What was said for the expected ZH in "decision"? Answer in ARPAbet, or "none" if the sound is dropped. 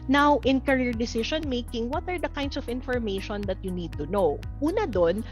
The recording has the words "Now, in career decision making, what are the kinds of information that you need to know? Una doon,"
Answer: SH